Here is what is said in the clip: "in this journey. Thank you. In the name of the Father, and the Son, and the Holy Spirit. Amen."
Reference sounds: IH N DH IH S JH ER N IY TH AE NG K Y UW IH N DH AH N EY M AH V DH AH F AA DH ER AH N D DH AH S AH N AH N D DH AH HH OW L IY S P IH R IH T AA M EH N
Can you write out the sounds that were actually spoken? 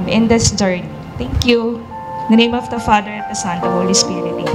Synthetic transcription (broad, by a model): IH N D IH S JH ER N IY T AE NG K Y UW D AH N EY M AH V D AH F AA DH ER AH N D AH S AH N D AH HH OW L IY S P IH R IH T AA